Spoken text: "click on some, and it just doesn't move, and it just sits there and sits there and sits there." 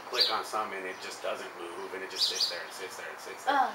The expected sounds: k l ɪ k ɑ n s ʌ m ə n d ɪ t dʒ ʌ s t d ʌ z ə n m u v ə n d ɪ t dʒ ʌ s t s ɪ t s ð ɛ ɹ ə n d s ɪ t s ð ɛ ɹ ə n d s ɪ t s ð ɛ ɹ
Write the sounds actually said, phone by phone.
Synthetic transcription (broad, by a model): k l ɪ k n s ʌ m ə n ɪ t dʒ ʌ s d ʌ z ə n m u v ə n ɪ t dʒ ʌ s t s ɪ t s ð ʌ ɹ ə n s ɪ t s ð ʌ ɹ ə n s ɪ t s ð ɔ